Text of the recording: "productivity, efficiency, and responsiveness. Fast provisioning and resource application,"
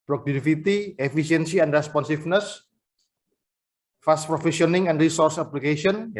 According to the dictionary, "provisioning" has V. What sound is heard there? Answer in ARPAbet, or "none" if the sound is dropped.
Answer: F